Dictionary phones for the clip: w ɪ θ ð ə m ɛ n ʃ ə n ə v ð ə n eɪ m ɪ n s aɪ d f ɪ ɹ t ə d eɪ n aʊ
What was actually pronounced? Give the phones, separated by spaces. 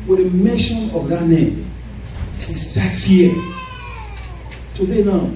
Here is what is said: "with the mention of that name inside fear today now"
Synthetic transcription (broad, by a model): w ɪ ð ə m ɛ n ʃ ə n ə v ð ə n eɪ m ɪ s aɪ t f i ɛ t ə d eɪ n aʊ